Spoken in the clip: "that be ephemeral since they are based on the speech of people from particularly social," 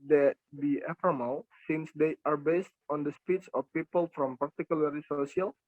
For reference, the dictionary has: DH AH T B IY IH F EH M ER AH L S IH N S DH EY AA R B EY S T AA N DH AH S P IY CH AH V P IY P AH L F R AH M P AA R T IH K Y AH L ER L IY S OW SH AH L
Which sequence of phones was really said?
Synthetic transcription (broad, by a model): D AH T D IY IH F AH M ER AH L S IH N S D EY AA R B EY S T AA N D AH S P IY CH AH F P IY P AH L F R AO M P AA R T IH K Y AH L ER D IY S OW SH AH L